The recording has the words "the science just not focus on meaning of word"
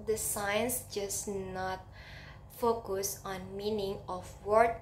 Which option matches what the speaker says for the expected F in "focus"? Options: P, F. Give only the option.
F